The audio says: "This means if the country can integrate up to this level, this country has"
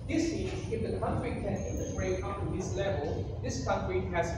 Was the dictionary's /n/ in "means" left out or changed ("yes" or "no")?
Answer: yes